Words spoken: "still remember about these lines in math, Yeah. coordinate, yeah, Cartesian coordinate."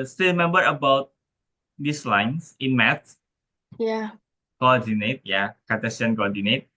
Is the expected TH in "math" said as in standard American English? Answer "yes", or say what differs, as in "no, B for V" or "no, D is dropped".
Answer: no, S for TH